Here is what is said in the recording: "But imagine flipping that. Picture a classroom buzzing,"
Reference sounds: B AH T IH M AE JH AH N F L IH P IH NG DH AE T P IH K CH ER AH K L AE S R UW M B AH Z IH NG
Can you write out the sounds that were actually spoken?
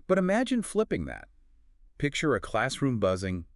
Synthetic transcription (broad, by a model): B AH T IH M AE JH AH N F L IH P IH NG DH AE T P IH K CH ER AH K L AE S R UW M B AH Z IH NG